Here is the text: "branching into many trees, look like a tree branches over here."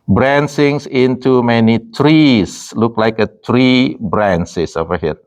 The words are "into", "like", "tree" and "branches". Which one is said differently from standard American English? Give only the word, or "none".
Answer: branches